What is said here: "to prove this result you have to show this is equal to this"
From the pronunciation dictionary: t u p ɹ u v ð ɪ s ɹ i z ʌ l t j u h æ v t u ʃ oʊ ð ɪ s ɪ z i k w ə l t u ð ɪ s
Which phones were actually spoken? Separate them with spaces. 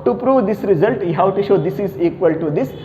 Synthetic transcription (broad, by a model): t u p ɹ u v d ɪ s ɹ i z ʌ l t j h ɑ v t u ʃ oʊ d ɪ s ɪ z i k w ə l t u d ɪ s